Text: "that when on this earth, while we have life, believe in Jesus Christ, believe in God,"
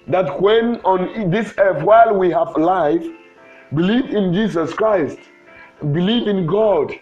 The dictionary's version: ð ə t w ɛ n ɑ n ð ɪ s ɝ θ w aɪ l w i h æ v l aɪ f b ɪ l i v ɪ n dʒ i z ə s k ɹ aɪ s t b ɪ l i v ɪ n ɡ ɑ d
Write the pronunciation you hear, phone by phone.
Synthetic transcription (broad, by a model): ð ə t w ɛ n ɑ n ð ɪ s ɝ f w aɪ l w i h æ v l aɪ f b ɪ l i v ɪ n dʒ i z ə s k ɹ aɪ s t b ɪ l i v ɪ n ɡ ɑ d